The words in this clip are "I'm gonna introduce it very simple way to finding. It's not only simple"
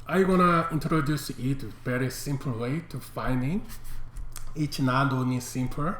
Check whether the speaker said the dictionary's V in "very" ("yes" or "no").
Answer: no